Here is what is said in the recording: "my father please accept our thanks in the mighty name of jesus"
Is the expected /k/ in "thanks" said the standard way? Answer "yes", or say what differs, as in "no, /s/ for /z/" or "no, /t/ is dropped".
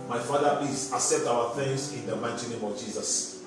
no, /k/ is dropped